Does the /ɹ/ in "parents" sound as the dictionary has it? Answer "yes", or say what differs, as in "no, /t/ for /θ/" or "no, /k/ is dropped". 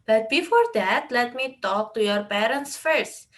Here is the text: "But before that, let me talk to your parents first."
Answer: yes